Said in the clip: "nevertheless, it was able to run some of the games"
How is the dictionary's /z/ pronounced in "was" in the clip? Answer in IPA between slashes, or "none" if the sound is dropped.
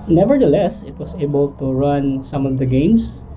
/s/